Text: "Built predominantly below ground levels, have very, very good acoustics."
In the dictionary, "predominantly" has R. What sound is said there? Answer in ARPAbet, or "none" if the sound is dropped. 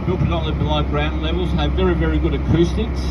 none